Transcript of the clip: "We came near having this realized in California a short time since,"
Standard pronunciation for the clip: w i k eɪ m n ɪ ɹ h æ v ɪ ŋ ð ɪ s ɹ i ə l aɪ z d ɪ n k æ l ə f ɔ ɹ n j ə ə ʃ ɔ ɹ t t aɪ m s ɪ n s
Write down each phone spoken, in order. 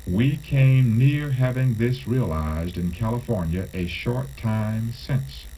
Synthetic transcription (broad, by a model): w i k eɪ m n ɪ ɹ h æ v ɪ ŋ ð ɪ s ɹ i ə l aɪ z d ɪ n k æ l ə f ɔ ɹ n j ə ə ʃ ɔ ɹ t t aɪ m s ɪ n s